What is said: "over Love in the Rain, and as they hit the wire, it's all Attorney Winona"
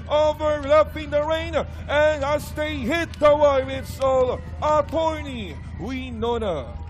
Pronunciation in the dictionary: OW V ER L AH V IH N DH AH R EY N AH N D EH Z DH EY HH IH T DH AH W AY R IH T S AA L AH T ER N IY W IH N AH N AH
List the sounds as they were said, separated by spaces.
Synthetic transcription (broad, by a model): OW V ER L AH P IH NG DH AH R EY N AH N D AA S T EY HH IH T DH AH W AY W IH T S AA L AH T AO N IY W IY N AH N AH